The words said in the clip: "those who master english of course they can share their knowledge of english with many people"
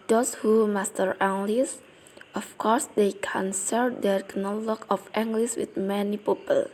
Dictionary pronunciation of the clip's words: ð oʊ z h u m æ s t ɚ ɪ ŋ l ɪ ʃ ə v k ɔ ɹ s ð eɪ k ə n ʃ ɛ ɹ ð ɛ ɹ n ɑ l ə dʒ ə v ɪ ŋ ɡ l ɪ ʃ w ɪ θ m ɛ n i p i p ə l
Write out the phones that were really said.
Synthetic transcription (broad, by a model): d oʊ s h u m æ s t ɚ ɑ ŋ l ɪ s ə f k ɔ ɹ s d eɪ k ə n s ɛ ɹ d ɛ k n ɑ l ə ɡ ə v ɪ ŋ ɡ l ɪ s w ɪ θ m ɛ n i p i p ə l